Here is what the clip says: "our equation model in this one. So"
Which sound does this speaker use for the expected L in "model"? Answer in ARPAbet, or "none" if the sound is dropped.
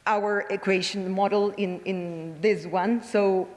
N